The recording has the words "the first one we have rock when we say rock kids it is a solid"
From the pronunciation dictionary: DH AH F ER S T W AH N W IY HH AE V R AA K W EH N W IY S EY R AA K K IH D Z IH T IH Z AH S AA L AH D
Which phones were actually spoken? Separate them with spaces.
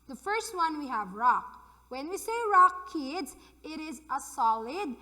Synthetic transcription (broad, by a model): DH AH F ER S T W AH N W IY HH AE V R AA K W EH N W IY S EY R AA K K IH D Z IH T IH Z AH S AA L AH D